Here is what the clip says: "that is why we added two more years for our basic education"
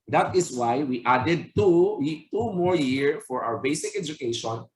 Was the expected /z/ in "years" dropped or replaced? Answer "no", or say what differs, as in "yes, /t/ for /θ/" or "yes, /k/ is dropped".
yes, /z/ is dropped